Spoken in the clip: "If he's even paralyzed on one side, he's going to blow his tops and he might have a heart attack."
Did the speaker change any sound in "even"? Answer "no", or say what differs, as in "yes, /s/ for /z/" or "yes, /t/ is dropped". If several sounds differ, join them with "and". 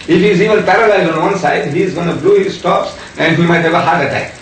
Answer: yes, /l/ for /n/